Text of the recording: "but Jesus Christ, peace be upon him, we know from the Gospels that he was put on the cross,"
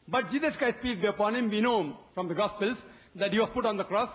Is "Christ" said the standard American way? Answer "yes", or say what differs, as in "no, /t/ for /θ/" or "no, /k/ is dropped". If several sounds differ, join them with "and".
no, /ɹ/ is dropped